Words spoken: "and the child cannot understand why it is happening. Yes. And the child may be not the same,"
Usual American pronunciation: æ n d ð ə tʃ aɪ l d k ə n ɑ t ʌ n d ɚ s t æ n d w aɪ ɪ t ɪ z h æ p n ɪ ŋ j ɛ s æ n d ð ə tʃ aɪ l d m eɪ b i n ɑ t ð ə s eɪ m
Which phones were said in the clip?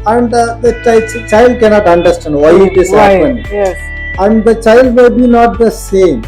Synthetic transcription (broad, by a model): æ n d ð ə tʃ aɪ l d k ə n ɑ t ʌ n d ɚ s t æ n d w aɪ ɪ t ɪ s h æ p ɪ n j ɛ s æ n d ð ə tʃ aɪ l d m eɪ b i n ɑ t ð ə s eɪ m